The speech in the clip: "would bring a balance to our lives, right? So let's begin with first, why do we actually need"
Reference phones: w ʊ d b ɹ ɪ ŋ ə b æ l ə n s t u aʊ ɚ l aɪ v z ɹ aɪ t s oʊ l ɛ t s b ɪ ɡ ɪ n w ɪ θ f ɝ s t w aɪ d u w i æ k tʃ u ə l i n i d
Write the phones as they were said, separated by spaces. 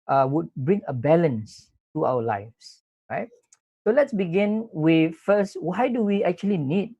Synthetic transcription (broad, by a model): w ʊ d b ɹ ɪ ŋ ə b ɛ l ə n s t u aʊ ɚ l aɪ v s ɹ aɪ t s oʊ l ɛ t s b ɪ ɡ ɪ n w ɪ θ f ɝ s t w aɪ d u w i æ k tʃ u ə l i n i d